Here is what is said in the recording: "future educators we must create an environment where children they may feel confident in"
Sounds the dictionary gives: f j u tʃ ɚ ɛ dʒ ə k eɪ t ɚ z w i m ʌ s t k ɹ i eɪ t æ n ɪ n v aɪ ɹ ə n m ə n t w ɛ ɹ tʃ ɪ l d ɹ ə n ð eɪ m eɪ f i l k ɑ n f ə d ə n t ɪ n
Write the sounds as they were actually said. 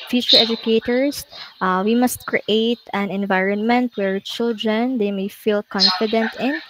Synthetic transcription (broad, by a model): f j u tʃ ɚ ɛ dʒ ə k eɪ t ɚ s w i m ʌ s t k ɹ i eɪ t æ n ɪ n v aɪ ɹ ə n m ə n t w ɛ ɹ tʃ ɪ l d ɹ ə n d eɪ m eɪ f i l k ɑ n f ə d ə n t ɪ n